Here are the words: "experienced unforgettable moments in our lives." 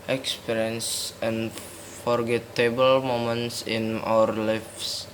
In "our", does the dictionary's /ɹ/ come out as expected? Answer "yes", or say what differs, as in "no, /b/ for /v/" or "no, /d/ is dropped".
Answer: yes